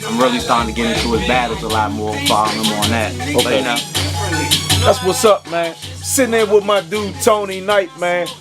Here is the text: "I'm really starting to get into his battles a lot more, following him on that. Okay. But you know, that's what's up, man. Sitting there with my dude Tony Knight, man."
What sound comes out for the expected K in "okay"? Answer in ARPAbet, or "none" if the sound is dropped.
none